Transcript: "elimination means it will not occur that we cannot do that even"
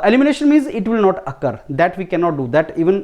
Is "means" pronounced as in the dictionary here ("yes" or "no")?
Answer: yes